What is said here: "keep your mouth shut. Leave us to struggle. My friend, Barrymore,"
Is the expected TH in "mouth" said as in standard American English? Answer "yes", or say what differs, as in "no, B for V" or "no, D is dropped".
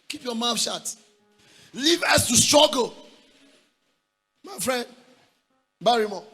no, F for TH